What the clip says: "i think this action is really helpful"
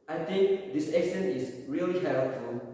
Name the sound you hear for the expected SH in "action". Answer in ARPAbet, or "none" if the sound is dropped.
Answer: S